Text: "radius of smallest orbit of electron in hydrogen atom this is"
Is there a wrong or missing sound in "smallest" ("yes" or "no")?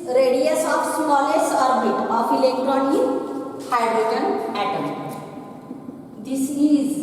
yes